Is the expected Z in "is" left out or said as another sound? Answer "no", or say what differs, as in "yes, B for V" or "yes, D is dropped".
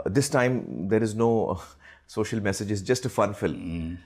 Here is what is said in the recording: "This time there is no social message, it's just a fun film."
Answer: no